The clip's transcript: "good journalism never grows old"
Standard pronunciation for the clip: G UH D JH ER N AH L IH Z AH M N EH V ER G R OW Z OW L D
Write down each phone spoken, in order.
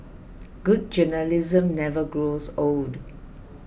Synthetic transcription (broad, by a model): G UH D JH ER N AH L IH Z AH M N EH V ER G R OW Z OW L D